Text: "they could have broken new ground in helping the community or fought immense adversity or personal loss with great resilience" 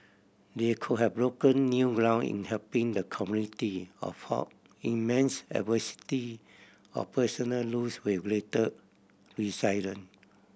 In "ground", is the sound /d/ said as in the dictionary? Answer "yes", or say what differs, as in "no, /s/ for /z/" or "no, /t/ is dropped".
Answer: no, /d/ is dropped